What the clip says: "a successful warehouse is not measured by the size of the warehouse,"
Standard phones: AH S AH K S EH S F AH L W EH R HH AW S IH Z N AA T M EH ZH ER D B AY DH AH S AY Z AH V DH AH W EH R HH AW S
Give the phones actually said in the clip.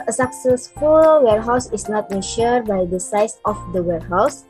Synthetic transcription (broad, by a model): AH S AH K S EH S F AH L W EH R HH AW S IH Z N AA T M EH SH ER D B AY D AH S AY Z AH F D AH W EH R HH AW S